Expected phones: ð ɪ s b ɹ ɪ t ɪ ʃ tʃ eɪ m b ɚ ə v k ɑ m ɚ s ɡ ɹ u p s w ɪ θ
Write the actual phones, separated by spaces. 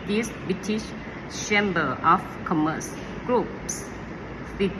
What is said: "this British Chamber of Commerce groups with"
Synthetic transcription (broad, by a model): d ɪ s b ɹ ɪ t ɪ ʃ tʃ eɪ m b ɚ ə f k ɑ m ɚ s ɡ ɹ u p s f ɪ